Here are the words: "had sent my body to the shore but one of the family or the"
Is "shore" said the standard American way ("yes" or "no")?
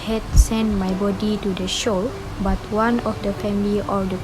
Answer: no